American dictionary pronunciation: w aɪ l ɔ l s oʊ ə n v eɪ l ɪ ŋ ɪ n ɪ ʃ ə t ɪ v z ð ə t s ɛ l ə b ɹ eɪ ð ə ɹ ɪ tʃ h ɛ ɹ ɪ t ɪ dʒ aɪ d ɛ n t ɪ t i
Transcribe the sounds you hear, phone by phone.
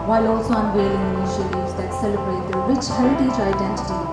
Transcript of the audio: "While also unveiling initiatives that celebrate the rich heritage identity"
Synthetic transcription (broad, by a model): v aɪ l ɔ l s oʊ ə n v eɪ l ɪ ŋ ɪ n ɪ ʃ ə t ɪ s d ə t s ɛ l ə b ɹ eɪ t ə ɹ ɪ tʃ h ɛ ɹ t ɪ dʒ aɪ d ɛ n t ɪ t i